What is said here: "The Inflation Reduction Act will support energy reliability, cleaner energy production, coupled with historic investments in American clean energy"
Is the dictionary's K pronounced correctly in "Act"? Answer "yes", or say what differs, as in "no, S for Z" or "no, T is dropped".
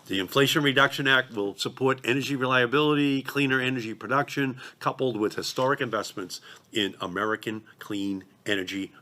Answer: yes